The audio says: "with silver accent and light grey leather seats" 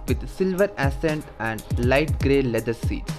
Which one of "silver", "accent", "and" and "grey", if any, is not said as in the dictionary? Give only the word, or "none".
accent